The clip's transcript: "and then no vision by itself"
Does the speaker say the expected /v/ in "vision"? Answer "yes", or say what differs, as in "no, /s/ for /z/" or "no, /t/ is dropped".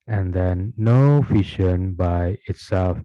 no, /f/ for /v/